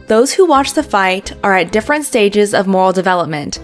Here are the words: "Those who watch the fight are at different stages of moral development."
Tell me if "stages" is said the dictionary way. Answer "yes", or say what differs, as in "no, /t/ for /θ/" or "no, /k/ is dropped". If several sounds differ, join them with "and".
yes